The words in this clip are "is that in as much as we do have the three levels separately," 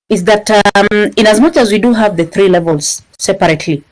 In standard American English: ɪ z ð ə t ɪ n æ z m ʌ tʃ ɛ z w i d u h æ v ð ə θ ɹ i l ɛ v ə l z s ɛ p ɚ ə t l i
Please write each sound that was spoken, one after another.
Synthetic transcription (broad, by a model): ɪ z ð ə t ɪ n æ z m ʌ tʃ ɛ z w i d u h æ v ð ə θ ɹ i l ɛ v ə l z s ɛ p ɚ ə t l i